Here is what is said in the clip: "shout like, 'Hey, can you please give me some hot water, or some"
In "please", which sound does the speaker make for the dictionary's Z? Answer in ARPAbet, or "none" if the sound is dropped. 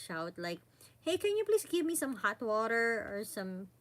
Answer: S